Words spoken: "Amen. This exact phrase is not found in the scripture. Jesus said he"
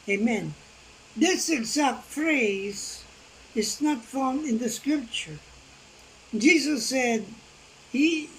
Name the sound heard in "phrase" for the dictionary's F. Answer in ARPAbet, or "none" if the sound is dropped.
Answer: F